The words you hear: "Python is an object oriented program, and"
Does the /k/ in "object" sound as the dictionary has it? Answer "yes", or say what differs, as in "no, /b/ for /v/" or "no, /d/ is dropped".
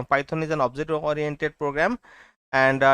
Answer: no, /k/ is dropped